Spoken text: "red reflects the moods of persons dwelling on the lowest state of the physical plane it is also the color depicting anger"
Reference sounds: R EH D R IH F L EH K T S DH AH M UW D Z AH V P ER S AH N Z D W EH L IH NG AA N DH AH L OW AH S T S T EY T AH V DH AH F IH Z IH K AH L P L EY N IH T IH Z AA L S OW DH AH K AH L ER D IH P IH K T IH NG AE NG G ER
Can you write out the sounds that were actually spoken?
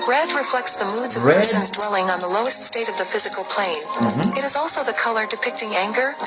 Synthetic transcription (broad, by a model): R EH D R IH F L EH K T S DH AH M UW D Z AH V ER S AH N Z D W EH L IH NG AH N DH AH L OW AH S T S T EY T AH V DH AH F IH Z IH K L P L EY N IH T IH Z AA L S OW DH AH K AH L ER D IH P IH K T IH NG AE NG G ER